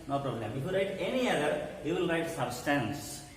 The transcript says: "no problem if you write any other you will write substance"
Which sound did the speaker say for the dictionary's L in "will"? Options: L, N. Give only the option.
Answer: N